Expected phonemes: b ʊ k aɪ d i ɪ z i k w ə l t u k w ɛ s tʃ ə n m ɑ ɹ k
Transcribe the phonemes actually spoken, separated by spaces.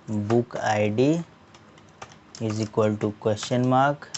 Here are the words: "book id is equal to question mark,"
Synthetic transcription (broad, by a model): b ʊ k aɪ d i ɪ z i k w ə l t u k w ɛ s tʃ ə n m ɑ ɹ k